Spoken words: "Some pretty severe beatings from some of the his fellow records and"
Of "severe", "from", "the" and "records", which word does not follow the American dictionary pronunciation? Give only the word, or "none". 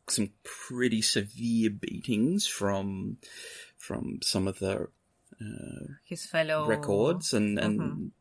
none